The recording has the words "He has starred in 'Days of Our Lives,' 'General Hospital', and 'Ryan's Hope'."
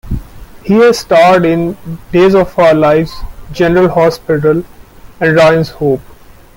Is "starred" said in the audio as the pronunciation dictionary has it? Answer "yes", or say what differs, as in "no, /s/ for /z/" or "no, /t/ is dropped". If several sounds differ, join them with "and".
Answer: yes